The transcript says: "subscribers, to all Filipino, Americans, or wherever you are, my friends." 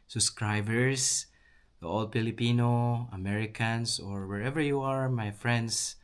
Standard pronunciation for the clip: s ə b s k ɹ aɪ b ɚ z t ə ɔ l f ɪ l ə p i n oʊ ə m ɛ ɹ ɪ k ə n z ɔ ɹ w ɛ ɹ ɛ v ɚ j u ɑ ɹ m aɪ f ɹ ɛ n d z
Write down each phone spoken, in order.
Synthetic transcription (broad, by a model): s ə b s k ɹ aɪ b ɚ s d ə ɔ l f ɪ l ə p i n oʊ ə m ɛ ɹ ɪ k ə n s ɔ ɹ w ɛ ɹ ɛ v ɚ j u ɑ ɹ m aɪ f ɹ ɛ n d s